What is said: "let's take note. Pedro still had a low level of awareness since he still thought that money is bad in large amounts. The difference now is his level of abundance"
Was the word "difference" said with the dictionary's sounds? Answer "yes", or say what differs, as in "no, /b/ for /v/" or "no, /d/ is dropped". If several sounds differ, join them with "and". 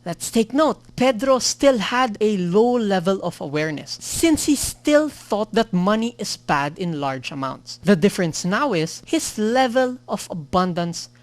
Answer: yes